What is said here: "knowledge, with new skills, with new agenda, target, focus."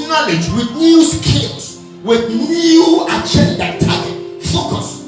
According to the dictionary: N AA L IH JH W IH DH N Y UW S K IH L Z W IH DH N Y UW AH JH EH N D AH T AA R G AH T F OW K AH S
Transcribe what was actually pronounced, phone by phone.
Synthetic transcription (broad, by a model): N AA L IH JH W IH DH N Y UW S K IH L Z W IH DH N Y UW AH CH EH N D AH T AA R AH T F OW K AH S